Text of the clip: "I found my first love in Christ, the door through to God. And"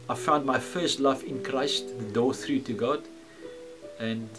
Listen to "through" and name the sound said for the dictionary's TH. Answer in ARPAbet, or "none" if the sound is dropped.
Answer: TH